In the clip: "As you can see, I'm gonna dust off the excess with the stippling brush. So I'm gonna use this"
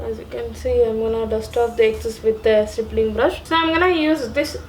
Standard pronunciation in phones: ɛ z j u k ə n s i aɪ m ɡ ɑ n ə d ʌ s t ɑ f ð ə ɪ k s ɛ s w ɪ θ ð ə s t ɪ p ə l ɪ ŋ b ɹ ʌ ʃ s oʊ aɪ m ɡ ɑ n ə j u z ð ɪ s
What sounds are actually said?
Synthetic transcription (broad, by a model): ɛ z j u k ə n s i aɪ m ɡ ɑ n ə d ʌ s t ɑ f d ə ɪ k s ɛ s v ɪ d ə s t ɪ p l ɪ ŋ b ɹ ʌ ʃ s oʊ aɪ m ɡ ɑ n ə j u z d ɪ s